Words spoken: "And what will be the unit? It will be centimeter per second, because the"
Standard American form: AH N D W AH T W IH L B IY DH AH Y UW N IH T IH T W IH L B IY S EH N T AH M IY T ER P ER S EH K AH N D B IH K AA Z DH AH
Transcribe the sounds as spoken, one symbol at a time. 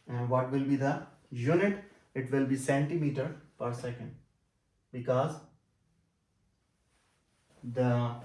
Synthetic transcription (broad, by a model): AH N D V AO T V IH L B IY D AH Y UW N IH T IH T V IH L B IY S EH N T AH M IY T ER P ER S EH K AH N D B IH K AA Z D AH